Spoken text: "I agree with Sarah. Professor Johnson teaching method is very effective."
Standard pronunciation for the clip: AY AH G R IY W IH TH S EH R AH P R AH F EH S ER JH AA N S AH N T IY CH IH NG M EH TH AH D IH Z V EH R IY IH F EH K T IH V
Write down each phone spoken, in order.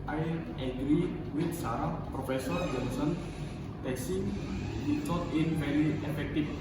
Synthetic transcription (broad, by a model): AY AH G R IY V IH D S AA R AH P R AH F EH S ER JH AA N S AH N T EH S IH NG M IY S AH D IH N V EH R IY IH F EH K T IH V